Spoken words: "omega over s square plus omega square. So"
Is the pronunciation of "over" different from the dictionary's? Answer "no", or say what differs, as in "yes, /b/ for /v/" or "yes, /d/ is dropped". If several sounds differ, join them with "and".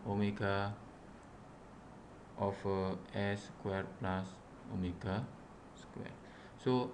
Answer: yes, /f/ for /v/